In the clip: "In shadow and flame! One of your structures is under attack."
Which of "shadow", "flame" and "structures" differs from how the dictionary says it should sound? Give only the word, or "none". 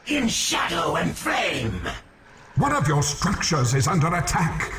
none